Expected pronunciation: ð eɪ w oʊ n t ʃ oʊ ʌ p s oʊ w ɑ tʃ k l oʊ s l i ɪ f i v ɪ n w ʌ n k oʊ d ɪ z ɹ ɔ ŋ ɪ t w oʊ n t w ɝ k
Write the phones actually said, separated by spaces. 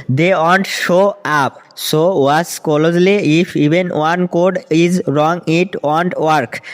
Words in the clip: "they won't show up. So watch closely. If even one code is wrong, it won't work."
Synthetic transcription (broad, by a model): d eɪ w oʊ n t ʃ oʊ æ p s oʊ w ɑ s k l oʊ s l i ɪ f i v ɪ n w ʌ n k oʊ d ɪ z ɹ ɔ ŋ ɪ t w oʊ n t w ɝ k